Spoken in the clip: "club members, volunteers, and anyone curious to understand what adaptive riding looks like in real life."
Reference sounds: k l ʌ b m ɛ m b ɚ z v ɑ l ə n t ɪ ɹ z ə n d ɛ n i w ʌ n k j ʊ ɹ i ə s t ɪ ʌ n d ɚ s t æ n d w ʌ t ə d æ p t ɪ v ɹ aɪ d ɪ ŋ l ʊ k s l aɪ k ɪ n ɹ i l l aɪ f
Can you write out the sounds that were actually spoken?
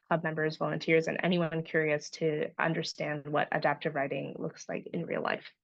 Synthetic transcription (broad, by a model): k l ʌ b m ɛ m b ɚ z v ɑ l ə n t ɪ ɹ z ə n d ɛ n i w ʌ n k j ʊ ɹ i ə s t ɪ ʌ n d ɚ s t æ n d w ʌ t ə d æ p t ɪ v ɹ aɪ d ɪ ŋ l ʊ k s l aɪ k ɪ n ɹ i l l aɪ f